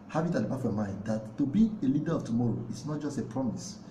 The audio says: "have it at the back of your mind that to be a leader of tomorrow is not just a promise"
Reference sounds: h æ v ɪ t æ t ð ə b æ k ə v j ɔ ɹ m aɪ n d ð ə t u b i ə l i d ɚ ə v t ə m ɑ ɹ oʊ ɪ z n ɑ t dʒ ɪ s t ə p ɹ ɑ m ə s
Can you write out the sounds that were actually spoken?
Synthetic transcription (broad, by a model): h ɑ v ɪ t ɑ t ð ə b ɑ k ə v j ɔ m aɪ n d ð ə t u b i ə l i d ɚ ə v t ə m ɑ ɹ oʊ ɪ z n ɑ t dʒ ɪ s t ə p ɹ ɑ m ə s